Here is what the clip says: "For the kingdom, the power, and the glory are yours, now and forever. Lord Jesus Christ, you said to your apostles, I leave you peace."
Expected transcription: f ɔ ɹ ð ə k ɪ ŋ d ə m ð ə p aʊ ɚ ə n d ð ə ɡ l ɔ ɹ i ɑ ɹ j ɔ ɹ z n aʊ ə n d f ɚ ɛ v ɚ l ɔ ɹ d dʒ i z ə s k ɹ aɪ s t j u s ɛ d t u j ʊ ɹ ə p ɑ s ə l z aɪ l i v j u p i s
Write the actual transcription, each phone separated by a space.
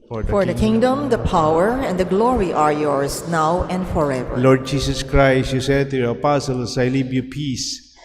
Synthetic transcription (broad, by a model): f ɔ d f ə k ɪ ŋ d ə m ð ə p aʊ ɚ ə n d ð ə ɡ l ɔ ɹ i ɑ ɹ j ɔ ɹ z n aʊ ə n d f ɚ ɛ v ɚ l ɔ ɹ d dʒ i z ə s k ɹ aɪ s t j u s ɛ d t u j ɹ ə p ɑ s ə l s aɪ l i b j u p i s